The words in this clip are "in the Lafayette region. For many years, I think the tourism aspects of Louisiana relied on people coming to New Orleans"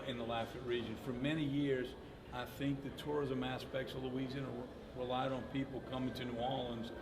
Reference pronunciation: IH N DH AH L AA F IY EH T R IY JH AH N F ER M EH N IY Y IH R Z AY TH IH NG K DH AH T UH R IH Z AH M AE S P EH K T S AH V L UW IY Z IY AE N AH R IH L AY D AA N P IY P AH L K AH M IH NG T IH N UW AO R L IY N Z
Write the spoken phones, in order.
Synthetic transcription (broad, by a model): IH N DH AH L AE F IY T R IY JH AH N F ER M EH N IY Y IH R Z AY TH IH NG K DH AH T UH R IH Z AH M AE S P EH K T S AH V L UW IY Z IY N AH R IH L AY D N P IY P L K AH M IH NG T IH N UW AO L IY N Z